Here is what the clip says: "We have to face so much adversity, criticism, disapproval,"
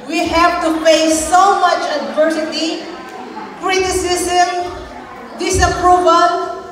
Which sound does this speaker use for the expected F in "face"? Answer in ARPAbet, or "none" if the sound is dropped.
P